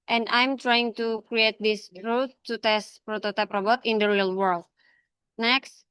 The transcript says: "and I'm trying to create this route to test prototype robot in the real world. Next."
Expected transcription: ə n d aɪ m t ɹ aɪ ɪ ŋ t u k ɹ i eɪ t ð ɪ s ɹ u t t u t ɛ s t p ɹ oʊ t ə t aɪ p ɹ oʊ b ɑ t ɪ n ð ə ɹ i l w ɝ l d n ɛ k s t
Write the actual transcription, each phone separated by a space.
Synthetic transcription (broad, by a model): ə n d aɪ m t ɹ aɪ ɪ ŋ t u k ɹ i eɪ t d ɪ s ɹ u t t u t ɛ s t p ɹ oʊ t ə t aɪ p ɹ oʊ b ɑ t ɪ n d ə ɹ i l w ɝ l d n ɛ k s t